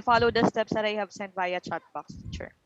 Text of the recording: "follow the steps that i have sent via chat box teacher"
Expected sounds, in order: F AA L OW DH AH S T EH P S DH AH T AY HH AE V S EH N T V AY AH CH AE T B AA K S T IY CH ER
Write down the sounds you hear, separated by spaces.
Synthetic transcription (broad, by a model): F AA L OW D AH S T EH P S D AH T AY HH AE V S EH N T B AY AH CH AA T B AA K S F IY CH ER